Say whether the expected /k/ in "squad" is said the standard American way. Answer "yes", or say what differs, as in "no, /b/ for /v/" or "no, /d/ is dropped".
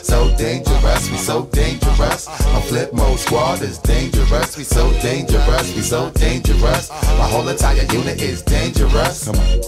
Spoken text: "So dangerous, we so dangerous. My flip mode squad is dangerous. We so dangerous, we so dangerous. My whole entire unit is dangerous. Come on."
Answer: no, /k/ is dropped